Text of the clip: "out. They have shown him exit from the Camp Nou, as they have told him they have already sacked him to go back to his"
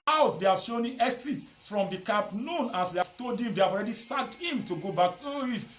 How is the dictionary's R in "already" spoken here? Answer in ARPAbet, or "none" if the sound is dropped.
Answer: R